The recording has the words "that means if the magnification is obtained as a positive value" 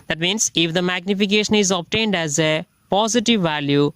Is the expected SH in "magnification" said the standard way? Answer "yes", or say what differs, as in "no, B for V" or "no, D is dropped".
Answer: yes